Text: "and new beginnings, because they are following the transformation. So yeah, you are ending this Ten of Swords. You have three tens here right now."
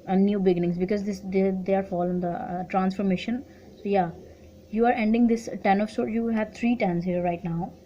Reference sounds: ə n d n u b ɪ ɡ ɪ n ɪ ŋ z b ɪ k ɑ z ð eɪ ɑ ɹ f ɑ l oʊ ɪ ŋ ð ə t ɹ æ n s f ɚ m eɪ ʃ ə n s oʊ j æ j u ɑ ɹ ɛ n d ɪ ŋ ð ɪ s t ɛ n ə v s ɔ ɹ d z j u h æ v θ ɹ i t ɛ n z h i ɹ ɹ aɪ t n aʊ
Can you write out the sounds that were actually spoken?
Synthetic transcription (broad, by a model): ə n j u b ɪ ɡ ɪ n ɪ ŋ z b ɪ k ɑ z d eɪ ɑ ɹ f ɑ l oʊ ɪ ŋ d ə t ɹ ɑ n s f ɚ m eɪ ʃ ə n s oʊ j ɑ j u ɑ ɹ ɛ n d ɪ ŋ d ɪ s t ɛ n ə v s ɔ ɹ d j u h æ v t ɹ i t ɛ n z h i ɹ ɹ aɪ t n aʊ